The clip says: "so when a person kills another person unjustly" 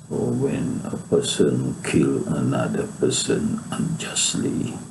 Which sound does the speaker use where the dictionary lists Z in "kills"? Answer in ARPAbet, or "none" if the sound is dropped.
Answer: none